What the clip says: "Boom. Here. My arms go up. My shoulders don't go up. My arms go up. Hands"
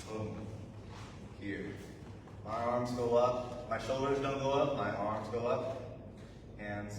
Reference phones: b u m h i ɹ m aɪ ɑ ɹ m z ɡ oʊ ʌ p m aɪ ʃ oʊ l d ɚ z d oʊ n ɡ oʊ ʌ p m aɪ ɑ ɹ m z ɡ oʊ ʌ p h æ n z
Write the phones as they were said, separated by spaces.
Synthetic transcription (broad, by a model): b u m h i ɹ m aɪ ɑ ɹ m z ɡ oʊ ʌ p m aɪ ʃ oʊ l d ɚ z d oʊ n ɡ oʊ ʌ p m aɪ ɑ ɹ m z ɡ oʊ ʌ p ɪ n